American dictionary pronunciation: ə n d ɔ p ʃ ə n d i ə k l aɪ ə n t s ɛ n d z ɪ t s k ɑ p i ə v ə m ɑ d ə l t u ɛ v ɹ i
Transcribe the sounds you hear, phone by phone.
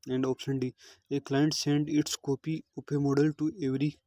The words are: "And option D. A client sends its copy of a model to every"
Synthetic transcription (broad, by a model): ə n d ɔ p ʃ ə n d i ə k l aɪ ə n t s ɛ n d ɪ t s k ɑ p i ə p ə m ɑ d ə l t u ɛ v ɹ i